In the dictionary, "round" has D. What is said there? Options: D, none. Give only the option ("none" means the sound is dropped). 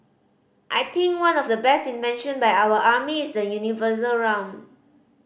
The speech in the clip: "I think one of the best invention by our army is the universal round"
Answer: none